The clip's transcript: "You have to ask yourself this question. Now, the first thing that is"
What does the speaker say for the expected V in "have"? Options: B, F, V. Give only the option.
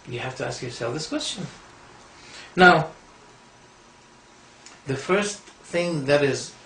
F